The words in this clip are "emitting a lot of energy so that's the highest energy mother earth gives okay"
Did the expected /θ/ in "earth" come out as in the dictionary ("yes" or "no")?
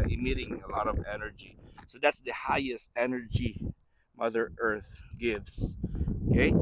yes